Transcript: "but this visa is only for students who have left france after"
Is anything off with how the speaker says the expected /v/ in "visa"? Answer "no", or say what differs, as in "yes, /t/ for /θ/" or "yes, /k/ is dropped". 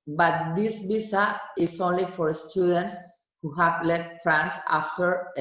yes, /b/ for /v/